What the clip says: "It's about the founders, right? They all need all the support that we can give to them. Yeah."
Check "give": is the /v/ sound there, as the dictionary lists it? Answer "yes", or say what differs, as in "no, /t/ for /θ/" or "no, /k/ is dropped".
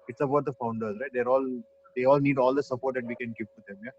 no, /p/ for /v/